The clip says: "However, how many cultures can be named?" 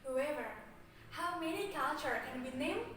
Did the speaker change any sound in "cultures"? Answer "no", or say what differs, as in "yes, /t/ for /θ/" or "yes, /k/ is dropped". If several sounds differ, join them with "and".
yes, /z/ is dropped